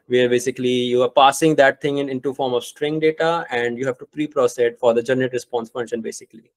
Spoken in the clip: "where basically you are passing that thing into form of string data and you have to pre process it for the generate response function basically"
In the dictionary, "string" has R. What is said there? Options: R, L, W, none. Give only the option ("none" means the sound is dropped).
R